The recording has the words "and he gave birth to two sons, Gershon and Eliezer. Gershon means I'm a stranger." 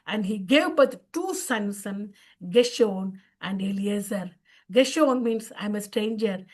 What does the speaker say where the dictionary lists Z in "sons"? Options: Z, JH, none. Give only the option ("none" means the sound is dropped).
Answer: none